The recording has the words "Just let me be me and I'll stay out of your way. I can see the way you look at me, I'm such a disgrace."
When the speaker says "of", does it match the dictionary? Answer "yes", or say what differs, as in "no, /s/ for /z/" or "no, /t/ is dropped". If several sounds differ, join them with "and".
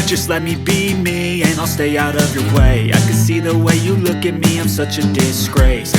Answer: yes